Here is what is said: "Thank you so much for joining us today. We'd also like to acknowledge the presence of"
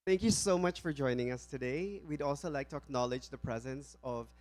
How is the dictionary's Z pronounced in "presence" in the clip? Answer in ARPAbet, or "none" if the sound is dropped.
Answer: Z